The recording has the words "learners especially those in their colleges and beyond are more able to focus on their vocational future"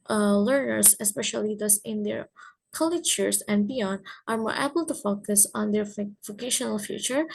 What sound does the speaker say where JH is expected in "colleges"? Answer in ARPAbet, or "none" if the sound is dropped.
CH